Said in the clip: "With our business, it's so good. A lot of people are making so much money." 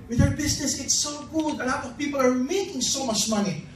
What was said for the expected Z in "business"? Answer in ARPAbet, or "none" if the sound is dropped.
S